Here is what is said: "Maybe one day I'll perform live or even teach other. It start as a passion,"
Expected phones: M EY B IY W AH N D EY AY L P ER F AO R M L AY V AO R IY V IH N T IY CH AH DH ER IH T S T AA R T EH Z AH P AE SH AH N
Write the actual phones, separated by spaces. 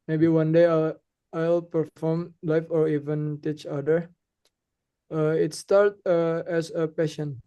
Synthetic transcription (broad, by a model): M EY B IY W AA N D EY AY L P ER F AO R M L AY F AO R IY V IH N T IY CH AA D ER IH T S T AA R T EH S AH P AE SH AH N